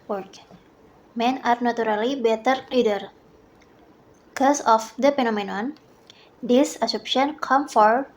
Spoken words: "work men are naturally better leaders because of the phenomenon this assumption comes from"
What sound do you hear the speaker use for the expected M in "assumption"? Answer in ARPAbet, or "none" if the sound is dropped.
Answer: none